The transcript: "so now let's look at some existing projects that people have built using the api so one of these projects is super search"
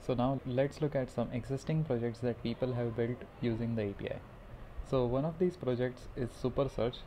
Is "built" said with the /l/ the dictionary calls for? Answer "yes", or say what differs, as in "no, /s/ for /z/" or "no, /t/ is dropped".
yes